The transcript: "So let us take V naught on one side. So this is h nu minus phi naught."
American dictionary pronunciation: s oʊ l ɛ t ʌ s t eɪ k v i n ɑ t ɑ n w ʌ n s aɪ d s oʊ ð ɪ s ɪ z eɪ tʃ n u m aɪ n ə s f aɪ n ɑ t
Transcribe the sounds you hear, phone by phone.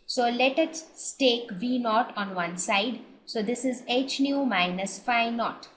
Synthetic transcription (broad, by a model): s oʊ l ɛ t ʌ s t eɪ k v i n ɑ t ɑ n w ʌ n s aɪ d s oʊ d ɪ s ɪ z eɪ tʃ n u m aɪ n ə s f aɪ n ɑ t